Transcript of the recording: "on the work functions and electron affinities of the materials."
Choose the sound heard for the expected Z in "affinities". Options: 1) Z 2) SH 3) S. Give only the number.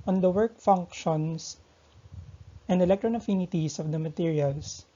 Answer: 3